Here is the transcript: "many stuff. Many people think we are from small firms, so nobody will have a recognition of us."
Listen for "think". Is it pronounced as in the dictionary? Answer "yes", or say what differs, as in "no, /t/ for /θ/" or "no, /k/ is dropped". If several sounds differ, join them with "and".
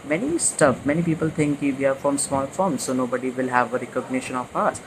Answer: no, /t/ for /θ/